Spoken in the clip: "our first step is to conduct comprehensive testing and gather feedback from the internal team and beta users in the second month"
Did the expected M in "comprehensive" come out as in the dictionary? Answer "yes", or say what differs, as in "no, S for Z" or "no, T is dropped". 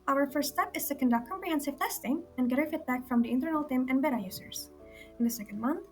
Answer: yes